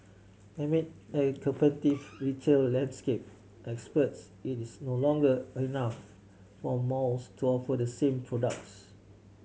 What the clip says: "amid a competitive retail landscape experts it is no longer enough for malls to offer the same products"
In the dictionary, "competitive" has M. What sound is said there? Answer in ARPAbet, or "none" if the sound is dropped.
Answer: none